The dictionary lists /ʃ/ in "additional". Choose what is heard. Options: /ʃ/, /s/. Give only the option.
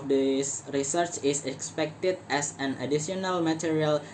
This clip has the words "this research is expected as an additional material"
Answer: /s/